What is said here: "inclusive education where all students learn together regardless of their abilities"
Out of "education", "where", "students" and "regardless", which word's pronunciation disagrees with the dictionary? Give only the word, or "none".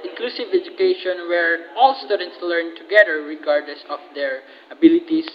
none